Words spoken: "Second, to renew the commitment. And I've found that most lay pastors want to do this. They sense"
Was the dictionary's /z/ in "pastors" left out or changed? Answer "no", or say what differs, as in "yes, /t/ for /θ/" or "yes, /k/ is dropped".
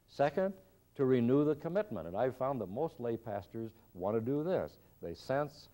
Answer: no